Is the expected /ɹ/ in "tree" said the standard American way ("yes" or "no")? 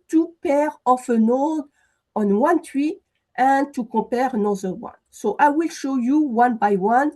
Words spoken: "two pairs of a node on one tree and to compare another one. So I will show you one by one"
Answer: no